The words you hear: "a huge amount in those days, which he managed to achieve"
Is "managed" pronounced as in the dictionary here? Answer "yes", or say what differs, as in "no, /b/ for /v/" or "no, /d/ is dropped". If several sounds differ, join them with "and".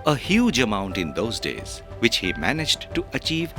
yes